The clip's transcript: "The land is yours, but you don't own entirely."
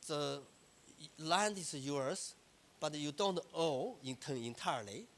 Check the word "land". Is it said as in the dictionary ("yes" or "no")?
yes